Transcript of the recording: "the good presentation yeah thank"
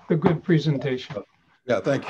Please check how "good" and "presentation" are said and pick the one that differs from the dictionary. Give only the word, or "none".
presentation